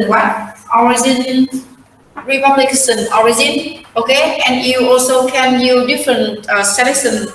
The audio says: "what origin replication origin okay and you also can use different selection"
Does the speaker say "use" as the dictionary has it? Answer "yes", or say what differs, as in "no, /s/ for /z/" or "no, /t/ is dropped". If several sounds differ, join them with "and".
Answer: no, /s/ is dropped